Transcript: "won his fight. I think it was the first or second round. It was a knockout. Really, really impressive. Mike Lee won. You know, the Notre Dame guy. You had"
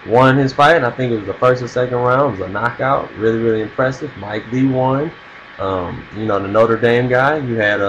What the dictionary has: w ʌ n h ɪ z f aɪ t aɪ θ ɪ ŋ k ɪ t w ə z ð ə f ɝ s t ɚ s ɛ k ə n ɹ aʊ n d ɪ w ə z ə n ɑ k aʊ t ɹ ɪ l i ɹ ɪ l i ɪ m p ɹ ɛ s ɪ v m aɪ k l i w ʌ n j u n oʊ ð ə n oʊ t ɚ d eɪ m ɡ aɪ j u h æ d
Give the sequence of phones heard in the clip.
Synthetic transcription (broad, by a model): w ʌ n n ɪ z f aɪ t aɪ θ ɪ ŋ k ɪ t w ə z ð ə f ɝ s t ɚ s ɛ k ə n ɹ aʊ ɪ w ə z ə n ɑ k aʊ t ɹ ɪ l i ɹ ɪ l i ɪ m p ɹ ɛ s ɪ v m aɪ k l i w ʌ n j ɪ n oʊ ð ə n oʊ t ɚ d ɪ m ɡ aɪ j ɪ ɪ d